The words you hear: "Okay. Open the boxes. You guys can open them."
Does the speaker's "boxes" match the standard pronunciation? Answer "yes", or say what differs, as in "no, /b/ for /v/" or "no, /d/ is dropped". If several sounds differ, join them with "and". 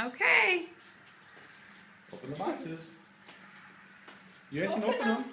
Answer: no, /k/ is dropped